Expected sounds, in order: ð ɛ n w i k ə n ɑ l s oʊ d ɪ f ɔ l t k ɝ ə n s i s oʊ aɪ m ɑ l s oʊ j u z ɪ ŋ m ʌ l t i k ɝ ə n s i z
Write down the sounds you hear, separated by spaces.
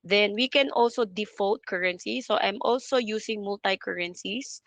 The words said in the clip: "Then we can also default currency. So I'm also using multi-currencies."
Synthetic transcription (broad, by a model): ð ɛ n w i k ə n ɑ l s oʊ d ɪ f ɔ l t k ɝ ə n s i s oʊ aɪ m ɑ l s oʊ j u s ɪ ŋ m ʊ l t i k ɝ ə n s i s